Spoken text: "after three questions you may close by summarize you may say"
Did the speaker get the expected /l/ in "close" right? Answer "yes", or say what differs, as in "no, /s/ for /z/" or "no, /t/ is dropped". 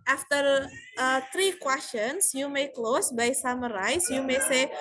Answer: yes